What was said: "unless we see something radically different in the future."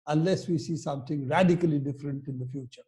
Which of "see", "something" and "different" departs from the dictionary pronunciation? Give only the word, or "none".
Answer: something